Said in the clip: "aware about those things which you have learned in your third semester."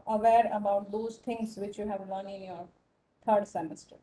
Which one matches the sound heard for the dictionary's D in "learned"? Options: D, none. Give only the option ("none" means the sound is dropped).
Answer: none